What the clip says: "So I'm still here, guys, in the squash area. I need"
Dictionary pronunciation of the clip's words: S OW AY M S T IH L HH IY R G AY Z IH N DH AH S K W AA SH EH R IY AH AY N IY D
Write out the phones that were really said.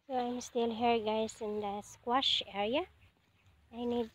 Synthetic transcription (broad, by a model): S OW AY M S T IH L HH IY R G AY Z IH N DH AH S K W AA SH EH R IY AH AY N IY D